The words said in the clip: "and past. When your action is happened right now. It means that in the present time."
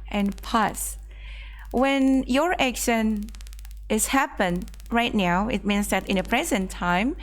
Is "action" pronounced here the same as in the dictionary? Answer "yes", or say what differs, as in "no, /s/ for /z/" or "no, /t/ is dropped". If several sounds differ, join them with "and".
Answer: yes